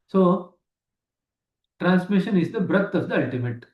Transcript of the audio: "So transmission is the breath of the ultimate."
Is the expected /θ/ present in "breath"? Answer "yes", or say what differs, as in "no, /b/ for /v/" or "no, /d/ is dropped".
no, /t/ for /θ/